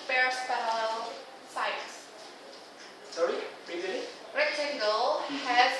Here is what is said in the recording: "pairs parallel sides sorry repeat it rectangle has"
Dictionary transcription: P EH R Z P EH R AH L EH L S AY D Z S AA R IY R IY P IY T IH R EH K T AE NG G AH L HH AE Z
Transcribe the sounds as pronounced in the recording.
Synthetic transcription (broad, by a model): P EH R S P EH AH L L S AY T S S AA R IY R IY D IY IH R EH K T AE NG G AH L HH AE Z